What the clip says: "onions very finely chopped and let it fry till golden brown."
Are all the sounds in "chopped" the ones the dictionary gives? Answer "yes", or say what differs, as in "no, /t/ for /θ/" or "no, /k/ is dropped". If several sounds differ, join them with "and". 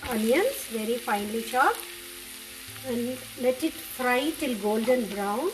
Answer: no, /ʃ/ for /tʃ/